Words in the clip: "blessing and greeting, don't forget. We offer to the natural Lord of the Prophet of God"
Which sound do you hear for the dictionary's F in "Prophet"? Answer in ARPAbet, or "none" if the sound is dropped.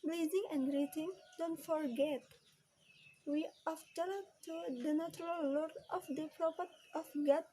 P